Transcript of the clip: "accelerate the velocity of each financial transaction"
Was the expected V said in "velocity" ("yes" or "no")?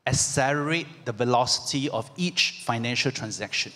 yes